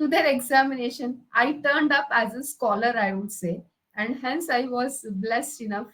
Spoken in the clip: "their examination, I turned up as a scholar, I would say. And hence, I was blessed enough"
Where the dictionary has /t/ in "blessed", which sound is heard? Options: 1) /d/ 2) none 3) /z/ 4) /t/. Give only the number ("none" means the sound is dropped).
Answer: 4